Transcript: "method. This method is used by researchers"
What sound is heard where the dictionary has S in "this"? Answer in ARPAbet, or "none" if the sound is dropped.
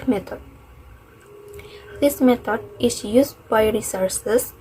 S